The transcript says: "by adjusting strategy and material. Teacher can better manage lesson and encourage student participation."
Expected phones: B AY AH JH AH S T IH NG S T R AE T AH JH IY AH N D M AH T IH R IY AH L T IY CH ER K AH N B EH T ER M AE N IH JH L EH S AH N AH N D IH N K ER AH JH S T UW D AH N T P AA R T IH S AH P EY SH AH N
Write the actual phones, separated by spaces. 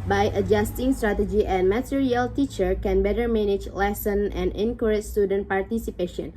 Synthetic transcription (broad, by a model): B AY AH JH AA S T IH NG S T R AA T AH JH IY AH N M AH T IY R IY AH L T IY CH ER K AH N B EH T ER M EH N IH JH L EH S AH N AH N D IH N K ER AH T S T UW D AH N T P AA R T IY S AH P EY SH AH N